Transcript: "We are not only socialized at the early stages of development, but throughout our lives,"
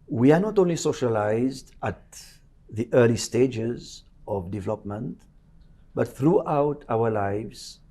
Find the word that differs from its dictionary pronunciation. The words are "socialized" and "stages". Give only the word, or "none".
none